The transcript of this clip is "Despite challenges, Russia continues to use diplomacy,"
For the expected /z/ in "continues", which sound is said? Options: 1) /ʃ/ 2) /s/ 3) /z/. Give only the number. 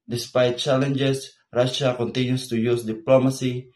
2